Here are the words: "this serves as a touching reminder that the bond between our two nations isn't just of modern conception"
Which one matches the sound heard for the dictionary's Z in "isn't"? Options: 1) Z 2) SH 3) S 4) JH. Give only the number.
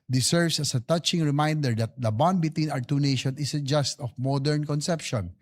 3